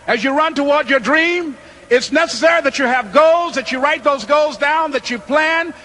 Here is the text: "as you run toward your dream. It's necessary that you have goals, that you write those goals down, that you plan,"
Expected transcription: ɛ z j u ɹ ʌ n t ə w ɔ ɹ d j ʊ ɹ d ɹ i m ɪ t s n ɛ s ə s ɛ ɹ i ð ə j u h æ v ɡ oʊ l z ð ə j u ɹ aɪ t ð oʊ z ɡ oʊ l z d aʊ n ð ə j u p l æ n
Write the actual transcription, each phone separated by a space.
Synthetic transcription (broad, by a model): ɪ z j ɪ ɹ ʌ n t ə w ɔ ɹ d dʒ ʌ ɹ d ɹ i m ɪ t s n ɛ s ə s ɛ ɹ i ð ə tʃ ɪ v ɡ oʊ l z ð ə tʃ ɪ ɹ aɪ t ð oʊ z ɡ oʊ l z d aʊ n ð ə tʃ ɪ p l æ n